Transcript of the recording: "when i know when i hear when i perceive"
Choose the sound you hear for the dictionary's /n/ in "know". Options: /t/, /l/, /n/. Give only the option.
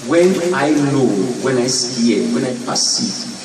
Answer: /l/